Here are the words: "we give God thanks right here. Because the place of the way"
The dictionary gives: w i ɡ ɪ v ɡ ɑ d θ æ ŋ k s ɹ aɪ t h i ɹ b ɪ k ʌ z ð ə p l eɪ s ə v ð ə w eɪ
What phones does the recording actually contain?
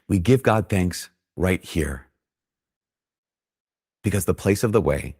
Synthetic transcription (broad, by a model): w i ɡ ɪ v ɡ ɑ d θ æ ŋ k s ɹ aɪ t h i ɹ b ɪ k ʌ z ð ə p l eɪ s ə v ð ə w eɪ